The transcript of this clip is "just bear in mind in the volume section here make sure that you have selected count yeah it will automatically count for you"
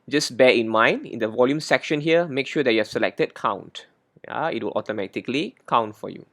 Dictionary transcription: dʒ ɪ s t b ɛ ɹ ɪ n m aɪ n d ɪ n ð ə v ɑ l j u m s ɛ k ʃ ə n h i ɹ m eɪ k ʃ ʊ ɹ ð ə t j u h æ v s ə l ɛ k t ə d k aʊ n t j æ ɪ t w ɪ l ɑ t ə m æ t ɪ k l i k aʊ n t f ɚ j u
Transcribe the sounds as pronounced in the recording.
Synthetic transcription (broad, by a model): dʒ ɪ s b ɛ ɪ n m aɪ n d ɪ n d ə v ɑ l j u m s ɛ k ʃ ə n h i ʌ m eɪ k ʃ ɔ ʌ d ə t j u h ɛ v s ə l ɛ k t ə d k aʊ n t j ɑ ɪ t w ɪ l ɑ t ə m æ t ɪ k l i k aʊ n t f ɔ j u